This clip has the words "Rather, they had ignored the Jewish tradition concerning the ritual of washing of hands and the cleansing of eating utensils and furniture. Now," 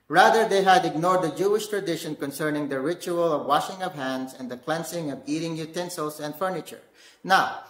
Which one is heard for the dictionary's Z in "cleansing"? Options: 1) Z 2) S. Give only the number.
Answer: 2